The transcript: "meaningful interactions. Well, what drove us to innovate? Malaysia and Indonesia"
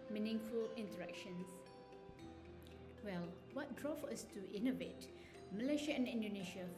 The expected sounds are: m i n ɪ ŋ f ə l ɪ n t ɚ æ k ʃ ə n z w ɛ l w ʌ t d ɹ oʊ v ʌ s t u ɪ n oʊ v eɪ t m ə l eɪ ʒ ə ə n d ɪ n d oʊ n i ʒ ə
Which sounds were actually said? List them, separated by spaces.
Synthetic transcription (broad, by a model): m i n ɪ ŋ f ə l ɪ n t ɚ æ k ʃ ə n s w ɛ l w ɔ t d ɹ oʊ f ʌ s t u ɪ n oʊ v eɪ t m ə l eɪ ʃ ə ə n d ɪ n d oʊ n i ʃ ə